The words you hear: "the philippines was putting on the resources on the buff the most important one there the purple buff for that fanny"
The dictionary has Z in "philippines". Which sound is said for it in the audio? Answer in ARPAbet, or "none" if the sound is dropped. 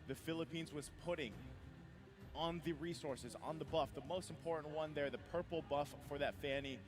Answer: Z